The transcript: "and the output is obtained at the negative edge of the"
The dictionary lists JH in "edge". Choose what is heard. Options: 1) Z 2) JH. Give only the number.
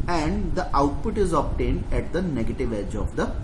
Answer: 2